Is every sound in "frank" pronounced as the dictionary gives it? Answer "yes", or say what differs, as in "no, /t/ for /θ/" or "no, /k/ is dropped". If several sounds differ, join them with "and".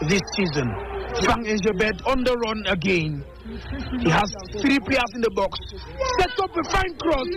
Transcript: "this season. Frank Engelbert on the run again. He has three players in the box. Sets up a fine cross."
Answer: no, /ɹ/ is dropped and /k/ is dropped